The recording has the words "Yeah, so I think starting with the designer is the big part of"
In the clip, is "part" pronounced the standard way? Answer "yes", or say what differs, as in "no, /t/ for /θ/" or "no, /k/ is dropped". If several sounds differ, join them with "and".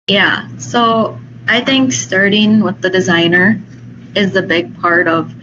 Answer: yes